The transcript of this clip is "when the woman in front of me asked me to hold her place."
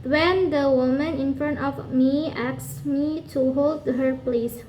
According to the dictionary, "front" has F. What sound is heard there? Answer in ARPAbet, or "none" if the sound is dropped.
F